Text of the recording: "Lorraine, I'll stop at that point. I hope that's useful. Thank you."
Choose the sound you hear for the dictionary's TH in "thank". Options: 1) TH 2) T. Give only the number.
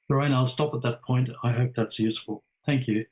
1